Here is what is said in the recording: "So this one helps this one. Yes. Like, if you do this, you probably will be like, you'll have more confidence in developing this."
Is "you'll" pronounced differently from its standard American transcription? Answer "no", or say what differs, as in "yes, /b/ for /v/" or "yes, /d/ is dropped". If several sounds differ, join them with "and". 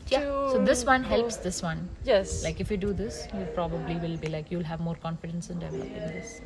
no